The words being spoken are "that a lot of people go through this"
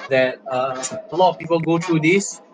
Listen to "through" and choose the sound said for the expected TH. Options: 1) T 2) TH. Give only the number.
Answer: 1